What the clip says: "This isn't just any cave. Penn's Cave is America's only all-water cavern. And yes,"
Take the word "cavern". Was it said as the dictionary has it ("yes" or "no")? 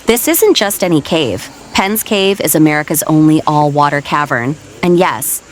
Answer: yes